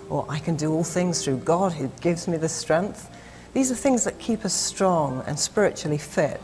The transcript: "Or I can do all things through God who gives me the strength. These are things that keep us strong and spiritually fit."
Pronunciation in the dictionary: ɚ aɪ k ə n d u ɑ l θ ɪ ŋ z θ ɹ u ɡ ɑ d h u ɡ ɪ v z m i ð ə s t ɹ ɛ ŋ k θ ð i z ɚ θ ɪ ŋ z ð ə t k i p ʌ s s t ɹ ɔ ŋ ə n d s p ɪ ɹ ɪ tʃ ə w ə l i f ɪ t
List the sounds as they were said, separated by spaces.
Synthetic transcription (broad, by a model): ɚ aɪ k ə n d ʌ ɑ l θ ɪ ŋ z θ ɹ u ɡ ɑ d h u ɡ ɪ v z m i ð ə s t ɹ ɛ ŋ k θ ð i z ɚ θ ɪ ŋ z ð ə t k i p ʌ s s t ɹ ɔ ŋ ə n s p ɪ ɹ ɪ tʃ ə l i f ɪ t